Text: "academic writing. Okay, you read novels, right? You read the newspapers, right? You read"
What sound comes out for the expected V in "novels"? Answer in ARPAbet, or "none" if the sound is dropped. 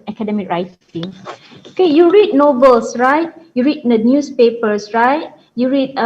B